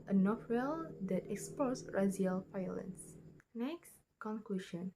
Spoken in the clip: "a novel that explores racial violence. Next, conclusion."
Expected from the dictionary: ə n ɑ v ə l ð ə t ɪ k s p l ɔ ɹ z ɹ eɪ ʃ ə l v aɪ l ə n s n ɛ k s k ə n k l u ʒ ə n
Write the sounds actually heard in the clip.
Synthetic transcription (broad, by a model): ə n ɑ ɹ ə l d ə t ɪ k s p ɔ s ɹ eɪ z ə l p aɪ l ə n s n ɛ k s k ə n k l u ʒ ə n